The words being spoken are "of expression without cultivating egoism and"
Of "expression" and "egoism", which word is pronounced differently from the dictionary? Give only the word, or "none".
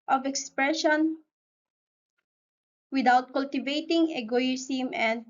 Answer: egoism